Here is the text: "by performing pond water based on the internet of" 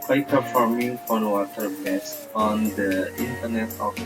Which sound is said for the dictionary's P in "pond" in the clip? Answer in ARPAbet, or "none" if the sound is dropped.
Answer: F